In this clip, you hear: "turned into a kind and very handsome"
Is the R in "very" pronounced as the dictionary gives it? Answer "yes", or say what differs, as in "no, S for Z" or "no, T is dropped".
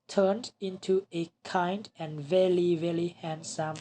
no, L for R